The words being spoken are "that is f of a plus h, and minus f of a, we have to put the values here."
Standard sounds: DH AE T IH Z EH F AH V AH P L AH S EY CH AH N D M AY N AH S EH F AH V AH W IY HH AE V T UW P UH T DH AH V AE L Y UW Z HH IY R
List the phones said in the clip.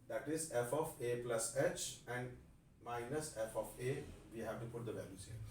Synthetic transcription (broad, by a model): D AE T IH Z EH F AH F AH P L AH S EY CH AH N D M AY N AH S EH F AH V AH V IY HH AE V T UW P UH T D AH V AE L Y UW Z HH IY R